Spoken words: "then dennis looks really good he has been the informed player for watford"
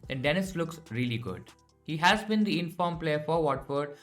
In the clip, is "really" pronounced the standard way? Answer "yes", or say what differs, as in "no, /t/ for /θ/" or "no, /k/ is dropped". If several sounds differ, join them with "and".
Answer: yes